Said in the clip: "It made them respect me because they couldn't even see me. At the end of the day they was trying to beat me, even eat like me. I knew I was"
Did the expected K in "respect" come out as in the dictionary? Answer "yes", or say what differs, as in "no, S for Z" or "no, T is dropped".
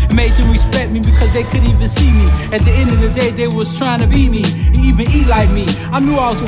no, K is dropped